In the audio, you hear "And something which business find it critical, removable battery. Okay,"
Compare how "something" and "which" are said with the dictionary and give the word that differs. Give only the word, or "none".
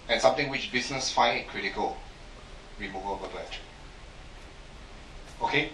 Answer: something